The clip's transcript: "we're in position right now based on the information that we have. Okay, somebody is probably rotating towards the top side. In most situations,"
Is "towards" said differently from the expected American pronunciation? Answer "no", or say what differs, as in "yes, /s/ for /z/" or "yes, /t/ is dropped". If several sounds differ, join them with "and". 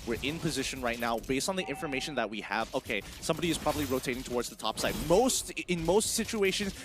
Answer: no